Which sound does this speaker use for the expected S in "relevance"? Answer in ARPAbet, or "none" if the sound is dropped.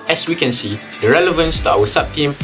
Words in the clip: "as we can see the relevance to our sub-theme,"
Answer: S